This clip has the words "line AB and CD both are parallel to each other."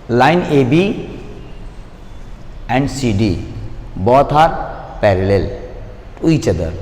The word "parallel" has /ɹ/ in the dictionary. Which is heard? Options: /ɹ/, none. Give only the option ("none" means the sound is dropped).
/ɹ/